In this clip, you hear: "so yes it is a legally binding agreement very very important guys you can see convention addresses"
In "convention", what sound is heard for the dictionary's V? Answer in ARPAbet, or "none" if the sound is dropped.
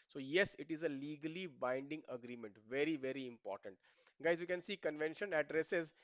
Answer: V